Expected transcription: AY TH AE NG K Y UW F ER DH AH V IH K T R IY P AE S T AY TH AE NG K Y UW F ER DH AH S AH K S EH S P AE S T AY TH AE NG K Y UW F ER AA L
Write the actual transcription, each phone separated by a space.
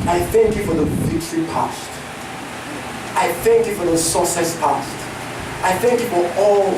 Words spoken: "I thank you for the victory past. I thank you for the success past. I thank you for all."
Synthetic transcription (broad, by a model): AY TH AE NG K Y UW F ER DH AH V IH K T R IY P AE S T AY TH AE NG K Y UW F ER DH AH S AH S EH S P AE S T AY TH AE NG K Y UW F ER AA L